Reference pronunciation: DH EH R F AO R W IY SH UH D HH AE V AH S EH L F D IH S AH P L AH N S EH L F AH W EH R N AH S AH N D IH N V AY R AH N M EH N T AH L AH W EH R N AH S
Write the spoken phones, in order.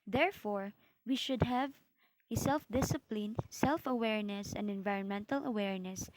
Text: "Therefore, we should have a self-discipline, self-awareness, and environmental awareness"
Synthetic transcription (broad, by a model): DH EH R F AO R W IY SH UH D HH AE V AH S EH L F D IH S AH P L AH N S EH L F AH W EH R N AH S AH N D IH N V AY R AH N M EH N T AH L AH W EH R N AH S